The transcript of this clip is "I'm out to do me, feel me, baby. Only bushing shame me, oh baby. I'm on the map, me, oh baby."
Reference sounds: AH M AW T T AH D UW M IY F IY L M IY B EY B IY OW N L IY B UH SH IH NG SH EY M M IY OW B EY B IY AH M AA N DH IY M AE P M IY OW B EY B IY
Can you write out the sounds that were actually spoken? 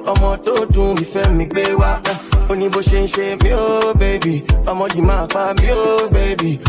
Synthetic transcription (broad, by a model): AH M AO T T AH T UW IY F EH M M IY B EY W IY OW N IY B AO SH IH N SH EY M M IY OW B EY B IY AH M AA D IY M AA F M IY OW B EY B IY